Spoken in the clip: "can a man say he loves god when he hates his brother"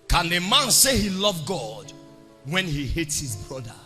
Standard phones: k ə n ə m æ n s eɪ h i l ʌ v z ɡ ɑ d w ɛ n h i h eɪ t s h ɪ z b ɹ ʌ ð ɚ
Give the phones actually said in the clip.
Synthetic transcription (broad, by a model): k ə n ə m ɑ n s eɪ h i l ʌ v ɡ ɑ d w ɛ n h i h eɪ t s h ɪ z b ɹ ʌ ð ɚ